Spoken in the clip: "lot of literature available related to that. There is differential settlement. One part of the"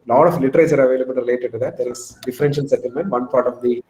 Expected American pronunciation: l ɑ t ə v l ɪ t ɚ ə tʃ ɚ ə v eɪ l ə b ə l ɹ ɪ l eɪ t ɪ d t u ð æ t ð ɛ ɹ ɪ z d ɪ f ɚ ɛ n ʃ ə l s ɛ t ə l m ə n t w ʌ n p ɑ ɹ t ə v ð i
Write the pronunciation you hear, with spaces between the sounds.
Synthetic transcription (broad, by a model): l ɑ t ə f l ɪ t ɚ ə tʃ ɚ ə v eɪ l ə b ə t ɹ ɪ l eɪ t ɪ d t u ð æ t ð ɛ ɹ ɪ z d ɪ f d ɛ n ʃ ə n s ɛ t ə l m ə n t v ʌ n p ɑ ɹ t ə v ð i